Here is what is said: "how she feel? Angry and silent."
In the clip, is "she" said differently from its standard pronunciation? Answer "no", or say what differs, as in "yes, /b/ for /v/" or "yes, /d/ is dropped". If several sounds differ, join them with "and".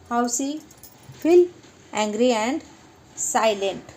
yes, /s/ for /ʃ/